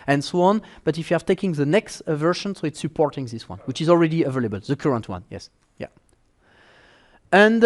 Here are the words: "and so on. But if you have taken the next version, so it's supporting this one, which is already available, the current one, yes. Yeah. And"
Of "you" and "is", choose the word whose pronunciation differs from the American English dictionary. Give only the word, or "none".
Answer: none